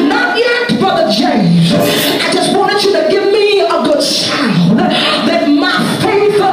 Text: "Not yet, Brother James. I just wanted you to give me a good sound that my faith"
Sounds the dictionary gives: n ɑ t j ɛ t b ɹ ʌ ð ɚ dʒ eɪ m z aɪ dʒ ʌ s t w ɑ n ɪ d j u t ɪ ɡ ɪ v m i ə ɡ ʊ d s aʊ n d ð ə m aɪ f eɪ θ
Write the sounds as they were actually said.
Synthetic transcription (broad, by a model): n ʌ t j ɛ t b ʌ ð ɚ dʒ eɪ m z aɪ dʒ ʌ s t w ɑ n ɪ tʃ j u t ɪ ɡ ɪ v m i ə ɡ ʊ d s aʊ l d ð ə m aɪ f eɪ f